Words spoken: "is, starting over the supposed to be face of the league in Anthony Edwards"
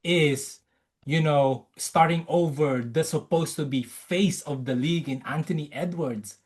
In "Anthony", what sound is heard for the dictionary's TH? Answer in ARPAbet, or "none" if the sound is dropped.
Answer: T